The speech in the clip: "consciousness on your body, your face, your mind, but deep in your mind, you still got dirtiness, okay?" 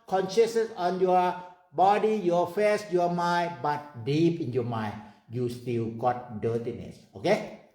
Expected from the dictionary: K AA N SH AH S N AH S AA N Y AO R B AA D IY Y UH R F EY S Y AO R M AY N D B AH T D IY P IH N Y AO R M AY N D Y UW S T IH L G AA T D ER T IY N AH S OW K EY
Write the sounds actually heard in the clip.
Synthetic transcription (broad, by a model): K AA N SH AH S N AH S AA N Y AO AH B AA D IY Y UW F EY S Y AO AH M AY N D B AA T D IY P IH N Y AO M AY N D Y UW S T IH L G AA T D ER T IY N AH S OW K EY